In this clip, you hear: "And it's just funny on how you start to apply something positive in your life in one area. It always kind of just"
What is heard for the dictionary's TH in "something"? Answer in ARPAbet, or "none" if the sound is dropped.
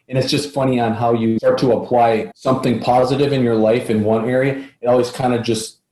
TH